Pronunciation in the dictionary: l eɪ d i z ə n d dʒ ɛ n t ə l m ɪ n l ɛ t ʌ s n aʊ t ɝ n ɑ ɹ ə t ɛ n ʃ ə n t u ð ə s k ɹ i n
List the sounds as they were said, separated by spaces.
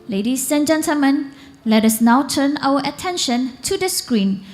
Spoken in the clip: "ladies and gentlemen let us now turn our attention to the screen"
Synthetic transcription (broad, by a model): l eɪ d i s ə n dʒ ɛ n t ə l m ɪ n l ɛ t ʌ s n aʊ t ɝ n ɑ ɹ ə t ɛ n ʃ ə n t u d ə s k ɹ i n